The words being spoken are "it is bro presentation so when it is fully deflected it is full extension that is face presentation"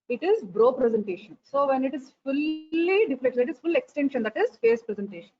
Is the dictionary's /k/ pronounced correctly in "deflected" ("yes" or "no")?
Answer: no